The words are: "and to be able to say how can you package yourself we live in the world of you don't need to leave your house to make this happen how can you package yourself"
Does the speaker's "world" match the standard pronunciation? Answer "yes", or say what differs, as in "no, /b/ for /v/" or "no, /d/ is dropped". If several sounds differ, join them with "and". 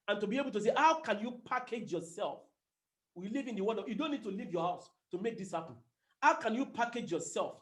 no, /l/ is dropped